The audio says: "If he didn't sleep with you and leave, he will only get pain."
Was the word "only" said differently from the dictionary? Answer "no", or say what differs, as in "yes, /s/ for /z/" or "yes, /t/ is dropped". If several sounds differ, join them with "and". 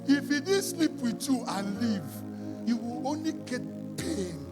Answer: no